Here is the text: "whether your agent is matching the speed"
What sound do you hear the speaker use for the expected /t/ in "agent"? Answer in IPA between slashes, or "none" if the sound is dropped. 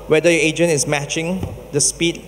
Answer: none